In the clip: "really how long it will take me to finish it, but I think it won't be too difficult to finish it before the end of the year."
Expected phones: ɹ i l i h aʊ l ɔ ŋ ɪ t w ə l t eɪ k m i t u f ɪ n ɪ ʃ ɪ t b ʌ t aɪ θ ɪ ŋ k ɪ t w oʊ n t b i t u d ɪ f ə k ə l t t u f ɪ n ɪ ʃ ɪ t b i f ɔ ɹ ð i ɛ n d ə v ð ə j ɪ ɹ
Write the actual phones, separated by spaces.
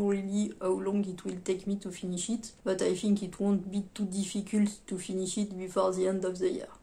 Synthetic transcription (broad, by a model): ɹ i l i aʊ l ɔ ŋ ɪ t w ə l t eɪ k m i t u f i n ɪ ʃ ɪ t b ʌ t aɪ f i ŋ k ɪ t w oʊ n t b i t u d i f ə k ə l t t u f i n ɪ ʃ ɪ t b i f ɔ ɹ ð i ɛ n d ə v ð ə j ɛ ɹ